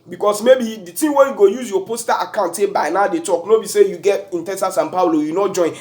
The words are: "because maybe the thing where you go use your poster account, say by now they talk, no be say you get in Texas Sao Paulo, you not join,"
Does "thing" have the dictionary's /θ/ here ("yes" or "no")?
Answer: no